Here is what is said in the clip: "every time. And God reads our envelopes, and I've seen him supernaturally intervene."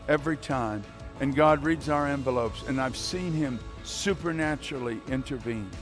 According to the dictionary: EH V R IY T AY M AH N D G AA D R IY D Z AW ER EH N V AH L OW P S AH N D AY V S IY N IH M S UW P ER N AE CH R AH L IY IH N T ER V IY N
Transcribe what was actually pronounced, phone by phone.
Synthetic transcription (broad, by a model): EH V R IY T AY M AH N G AA D R IY D Z AW ER EH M V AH L OW P S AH N AY V S IY N IH M S UW P ER N AE CH R L IY IH N T ER V IY N